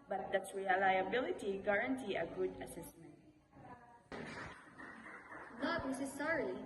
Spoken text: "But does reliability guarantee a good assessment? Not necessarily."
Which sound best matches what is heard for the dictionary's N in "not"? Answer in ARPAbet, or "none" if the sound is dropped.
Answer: L